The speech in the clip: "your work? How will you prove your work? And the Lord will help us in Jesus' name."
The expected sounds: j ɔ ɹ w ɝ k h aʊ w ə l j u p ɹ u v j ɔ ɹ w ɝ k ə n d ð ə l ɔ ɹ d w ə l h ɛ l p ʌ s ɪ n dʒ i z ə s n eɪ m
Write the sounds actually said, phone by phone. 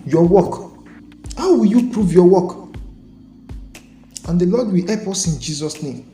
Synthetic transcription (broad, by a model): j ɔ w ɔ k h aʊ w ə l j u p ɹ u v j ɔ w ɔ k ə n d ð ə l ɔ d w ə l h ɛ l p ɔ s ɪ n dʒ i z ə s n eɪ m